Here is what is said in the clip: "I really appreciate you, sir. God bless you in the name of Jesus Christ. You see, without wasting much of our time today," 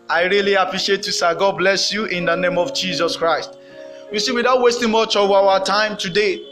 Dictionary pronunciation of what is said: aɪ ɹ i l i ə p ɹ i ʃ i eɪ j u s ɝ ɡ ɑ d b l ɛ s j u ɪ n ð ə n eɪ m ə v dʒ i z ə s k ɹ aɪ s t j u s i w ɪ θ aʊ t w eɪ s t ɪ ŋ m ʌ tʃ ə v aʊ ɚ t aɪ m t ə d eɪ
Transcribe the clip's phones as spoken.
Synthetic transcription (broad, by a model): aɪ ɹ i l i ə p ɹ i ʃ i eɪ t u s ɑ ɡ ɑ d b l ɛ s j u ɪ n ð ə n eɪ m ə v dʒ i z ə s k ɹ aɪ s t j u s i w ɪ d aʊ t w eɪ s t ɪ ŋ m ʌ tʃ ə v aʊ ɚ t aɪ m t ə d eɪ